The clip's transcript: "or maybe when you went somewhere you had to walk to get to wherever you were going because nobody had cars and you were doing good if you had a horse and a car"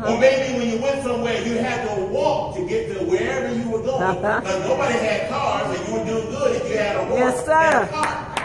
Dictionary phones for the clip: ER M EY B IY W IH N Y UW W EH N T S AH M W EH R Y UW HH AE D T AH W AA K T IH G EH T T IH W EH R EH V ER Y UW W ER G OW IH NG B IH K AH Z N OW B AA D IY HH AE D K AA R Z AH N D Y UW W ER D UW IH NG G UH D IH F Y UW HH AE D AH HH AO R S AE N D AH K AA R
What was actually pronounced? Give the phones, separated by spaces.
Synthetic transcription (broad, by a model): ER M EY B IY W IH N Y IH W EH N T S AH M W EH R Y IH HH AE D T AH W AA K T IH G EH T T IH W EH R EH V ER Y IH W ER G OW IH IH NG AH N OW B AA D IY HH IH D K AA R Z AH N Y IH W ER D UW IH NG G UH D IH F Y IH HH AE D AH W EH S AH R